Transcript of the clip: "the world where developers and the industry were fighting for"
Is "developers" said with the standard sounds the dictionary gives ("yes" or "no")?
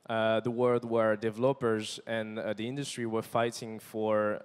yes